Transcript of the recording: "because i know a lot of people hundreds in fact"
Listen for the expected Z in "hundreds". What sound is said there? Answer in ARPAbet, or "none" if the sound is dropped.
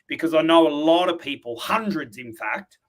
Z